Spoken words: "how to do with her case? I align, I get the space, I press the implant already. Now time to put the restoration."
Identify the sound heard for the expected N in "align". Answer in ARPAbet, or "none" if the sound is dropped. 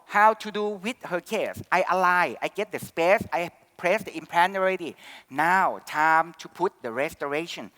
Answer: none